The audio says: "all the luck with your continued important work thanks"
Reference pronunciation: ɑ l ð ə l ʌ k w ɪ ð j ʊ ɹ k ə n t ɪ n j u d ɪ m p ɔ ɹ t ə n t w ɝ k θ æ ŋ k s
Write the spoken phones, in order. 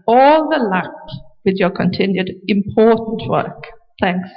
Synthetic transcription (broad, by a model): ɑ l ð ə l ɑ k w ɪ ð j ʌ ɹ k ə n t ɪ n j u d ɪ m p ɔ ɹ t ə n t w ɝ k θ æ ŋ k s